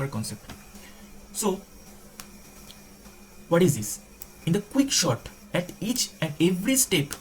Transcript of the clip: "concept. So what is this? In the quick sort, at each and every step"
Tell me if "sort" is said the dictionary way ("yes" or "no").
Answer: no